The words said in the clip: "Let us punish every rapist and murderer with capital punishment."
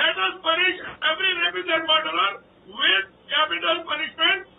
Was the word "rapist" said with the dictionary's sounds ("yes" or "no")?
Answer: no